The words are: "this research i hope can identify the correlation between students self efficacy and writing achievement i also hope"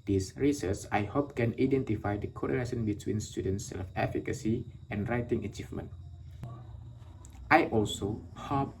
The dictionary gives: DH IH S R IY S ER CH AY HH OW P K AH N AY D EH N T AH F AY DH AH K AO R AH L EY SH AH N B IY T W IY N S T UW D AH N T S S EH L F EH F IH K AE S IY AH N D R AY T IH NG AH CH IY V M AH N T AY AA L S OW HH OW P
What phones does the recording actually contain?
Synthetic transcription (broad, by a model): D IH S R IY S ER S AY HH OW P K AH N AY D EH N T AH F AY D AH K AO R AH N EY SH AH N B IY T W IY N S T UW D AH N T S S EH L F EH F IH K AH S IY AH N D R AY T IH NG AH CH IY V M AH N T AY AA L S OW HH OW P